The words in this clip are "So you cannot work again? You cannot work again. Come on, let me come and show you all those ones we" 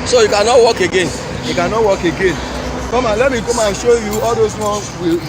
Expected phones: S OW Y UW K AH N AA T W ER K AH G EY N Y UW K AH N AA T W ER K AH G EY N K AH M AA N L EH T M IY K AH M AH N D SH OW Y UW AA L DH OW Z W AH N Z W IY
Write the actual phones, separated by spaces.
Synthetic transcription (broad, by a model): S OW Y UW K AH N AA T W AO K AH G EY N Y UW K AH N AA T W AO K AH G EY N K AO M AA N L EH T M IY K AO M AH SH OW Y UW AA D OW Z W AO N W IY